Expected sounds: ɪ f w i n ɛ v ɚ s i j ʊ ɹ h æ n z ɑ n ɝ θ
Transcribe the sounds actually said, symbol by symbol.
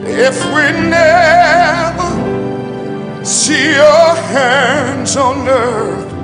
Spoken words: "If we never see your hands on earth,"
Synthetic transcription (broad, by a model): ɪ f w i n ɛ v ɚ s i j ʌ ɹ h æ n z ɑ n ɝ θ